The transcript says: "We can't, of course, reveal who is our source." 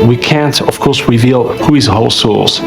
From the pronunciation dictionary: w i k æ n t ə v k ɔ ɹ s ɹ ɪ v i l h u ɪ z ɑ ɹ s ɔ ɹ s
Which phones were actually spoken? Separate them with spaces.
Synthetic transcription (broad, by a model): w i k æ n t ə v k ɔ ɹ s ɹ ɪ v i l h u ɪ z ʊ l s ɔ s